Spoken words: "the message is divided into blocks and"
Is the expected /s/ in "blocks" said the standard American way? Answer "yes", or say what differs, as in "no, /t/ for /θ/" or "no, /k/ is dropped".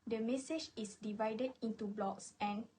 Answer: yes